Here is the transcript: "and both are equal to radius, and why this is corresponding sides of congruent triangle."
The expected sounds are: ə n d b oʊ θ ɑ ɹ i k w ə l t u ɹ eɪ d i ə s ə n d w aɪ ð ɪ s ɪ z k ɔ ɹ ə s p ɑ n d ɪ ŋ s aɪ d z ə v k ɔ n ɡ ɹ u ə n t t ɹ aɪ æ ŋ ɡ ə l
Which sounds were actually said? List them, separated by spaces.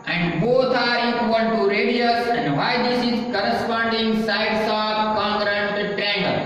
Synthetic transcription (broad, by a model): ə n d b oʊ t ɑ ɹ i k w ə n t u ɹ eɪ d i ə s ə n d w aɪ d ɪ s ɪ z k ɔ ɹ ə s p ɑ n d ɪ ŋ s aɪ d s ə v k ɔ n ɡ ɹ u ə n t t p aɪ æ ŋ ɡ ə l